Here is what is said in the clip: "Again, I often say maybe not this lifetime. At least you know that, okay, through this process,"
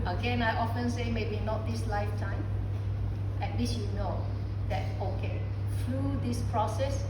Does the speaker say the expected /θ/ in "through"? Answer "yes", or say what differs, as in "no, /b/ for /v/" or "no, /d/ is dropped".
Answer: no, /f/ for /θ/